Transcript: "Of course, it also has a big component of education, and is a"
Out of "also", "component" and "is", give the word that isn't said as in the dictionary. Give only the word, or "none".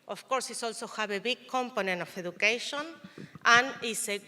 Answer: is